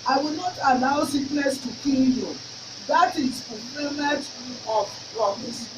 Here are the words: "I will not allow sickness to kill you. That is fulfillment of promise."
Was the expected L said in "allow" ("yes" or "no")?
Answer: no